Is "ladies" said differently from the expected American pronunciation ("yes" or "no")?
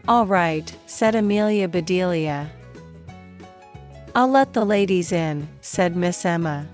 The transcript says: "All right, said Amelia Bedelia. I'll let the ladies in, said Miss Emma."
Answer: no